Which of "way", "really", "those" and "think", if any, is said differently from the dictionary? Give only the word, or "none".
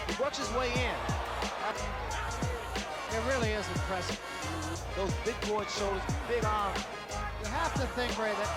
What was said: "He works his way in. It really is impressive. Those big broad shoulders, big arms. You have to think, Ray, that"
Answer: none